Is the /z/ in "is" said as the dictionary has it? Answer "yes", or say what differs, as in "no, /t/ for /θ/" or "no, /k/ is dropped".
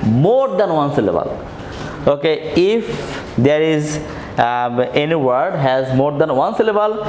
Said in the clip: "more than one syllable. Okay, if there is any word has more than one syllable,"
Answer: yes